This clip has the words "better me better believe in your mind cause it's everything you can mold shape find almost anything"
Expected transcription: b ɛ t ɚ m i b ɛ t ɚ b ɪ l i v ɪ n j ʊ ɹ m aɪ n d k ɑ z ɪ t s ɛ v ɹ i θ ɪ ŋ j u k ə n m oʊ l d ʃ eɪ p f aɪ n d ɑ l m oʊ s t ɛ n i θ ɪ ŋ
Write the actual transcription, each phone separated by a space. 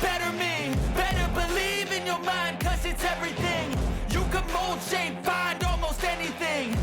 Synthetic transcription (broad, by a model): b ɛ t ɚ m i b ɛ t ɚ b ɪ l i v ɪ n j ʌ ɹ m aɪ n d k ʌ z ɪ t s ɛ v ɹ i θ ɪ ŋ j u k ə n m oʊ l d ʃ eɪ p f aɪ n d ɑ l m oʊ s t ɛ n i θ ɪ ŋ